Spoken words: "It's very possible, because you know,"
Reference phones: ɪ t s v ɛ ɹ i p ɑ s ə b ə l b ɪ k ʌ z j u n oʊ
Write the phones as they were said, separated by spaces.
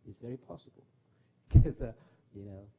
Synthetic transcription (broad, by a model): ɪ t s v ɛ ɹ i p ɑ s ə b ə l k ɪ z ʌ j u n oʊ